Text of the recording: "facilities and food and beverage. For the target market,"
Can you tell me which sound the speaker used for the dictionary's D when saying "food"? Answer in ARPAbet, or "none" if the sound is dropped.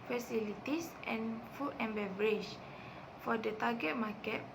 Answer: none